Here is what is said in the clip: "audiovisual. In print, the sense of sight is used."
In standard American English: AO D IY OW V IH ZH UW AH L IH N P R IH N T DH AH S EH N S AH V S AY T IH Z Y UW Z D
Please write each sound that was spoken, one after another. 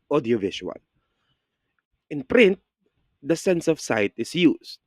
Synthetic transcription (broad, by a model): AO D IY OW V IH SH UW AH L IH N P R IH N T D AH S EH N S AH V S AY T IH S Y UW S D